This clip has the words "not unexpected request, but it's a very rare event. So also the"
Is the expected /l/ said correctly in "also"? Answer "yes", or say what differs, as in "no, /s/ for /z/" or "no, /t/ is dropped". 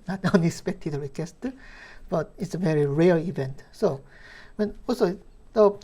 no, /n/ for /l/